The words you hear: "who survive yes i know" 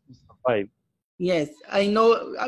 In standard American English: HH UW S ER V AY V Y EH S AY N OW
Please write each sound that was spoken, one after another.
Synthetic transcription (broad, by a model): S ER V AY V Y EH S AY N OW